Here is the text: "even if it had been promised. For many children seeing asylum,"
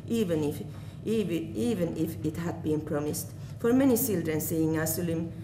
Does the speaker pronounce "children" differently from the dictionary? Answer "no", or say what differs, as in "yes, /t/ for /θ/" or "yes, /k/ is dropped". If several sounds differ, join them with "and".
yes, /s/ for /tʃ/